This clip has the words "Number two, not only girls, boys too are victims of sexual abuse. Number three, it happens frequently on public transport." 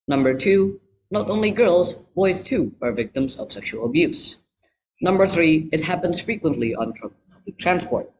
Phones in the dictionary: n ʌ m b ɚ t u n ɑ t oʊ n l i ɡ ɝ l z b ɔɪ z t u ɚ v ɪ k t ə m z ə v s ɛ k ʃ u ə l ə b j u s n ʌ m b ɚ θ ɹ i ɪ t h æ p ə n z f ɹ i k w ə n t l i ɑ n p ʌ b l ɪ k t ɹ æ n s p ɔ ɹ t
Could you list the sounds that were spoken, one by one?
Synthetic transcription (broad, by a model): n ʌ m b ɚ t u n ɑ t oʊ n l i ɡ ɝ l z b ɔɪ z t u ɚ v ɪ k t ə m z ə v s ɛ k ʃ u ə l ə b j u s n ʌ m b ɚ θ ɹ i ɪ t h æ p ə n z f ɹ i k w ə n t l i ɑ n p ʌ b l ɪ k t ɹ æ n s p ɔ ɹ t